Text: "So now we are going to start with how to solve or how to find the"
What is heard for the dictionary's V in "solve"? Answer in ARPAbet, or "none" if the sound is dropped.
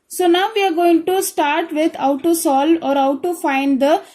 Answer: none